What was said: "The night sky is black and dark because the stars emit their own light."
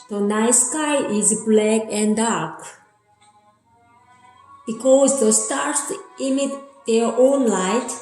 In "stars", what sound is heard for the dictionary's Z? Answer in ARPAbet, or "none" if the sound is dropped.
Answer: S